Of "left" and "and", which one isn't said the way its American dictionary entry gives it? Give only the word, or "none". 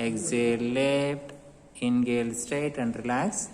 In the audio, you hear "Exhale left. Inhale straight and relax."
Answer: left